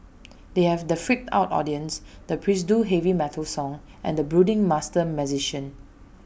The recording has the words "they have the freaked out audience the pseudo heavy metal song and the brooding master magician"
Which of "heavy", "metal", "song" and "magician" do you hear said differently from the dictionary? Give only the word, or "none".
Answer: magician